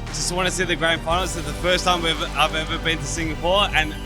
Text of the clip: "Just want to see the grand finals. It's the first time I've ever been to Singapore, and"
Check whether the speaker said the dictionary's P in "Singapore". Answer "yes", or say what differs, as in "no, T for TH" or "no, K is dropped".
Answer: no, F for P